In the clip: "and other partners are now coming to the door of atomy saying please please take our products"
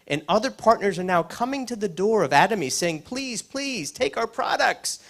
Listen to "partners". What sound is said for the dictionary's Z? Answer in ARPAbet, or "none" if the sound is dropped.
Z